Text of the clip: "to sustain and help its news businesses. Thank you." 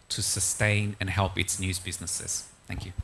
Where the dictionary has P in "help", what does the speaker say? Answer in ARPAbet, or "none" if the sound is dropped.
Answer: P